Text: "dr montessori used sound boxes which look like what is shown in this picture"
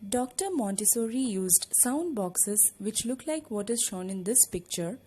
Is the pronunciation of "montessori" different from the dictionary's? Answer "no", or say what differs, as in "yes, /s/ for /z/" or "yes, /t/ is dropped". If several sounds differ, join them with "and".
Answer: no